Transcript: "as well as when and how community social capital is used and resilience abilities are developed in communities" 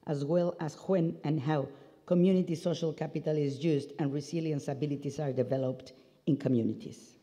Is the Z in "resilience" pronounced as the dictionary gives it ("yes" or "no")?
no